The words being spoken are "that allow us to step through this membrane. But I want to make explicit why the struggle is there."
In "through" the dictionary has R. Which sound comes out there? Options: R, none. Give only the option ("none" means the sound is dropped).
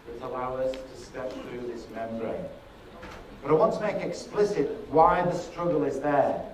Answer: R